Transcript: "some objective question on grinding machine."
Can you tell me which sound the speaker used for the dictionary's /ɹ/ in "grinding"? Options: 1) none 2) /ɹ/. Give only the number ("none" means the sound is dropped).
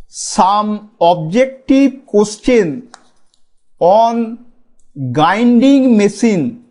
1